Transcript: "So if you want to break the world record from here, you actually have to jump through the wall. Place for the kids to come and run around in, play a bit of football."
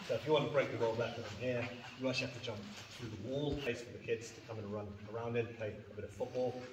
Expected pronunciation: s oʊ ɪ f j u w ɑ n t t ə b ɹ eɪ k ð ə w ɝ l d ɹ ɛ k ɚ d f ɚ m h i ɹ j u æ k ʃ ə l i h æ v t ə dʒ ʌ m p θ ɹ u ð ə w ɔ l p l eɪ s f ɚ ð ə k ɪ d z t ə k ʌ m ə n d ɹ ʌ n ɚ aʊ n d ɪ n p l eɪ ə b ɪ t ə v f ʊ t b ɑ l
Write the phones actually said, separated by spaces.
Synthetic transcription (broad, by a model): s oʊ ɪ f j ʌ w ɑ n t t ə b ɹ eɪ k ð ə w ɝ l d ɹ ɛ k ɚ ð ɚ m h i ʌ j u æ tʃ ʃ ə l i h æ f t ə dʒ ʌ m p θ ɹ u ð ə w ɔ l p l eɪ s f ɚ ð ə k ɪ d z t ə k ʌ m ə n ɹ ʌ n ɚ aʊ n d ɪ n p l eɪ ə b ɪ t ə v f ʊ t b ɑ l